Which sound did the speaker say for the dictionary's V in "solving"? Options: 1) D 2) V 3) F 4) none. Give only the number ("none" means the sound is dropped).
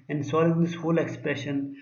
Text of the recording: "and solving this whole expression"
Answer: 4